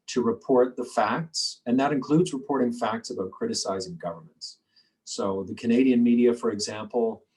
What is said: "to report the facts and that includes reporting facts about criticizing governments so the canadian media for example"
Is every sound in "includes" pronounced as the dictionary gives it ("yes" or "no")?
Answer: yes